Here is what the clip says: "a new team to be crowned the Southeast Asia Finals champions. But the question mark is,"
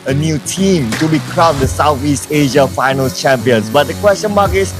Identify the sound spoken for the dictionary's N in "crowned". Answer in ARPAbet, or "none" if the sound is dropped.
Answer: none